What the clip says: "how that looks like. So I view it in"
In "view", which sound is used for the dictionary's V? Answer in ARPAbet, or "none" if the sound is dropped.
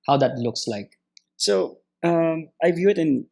V